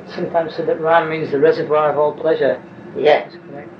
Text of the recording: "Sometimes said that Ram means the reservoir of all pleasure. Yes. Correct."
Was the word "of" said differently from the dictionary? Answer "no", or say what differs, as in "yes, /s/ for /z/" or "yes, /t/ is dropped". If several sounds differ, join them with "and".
no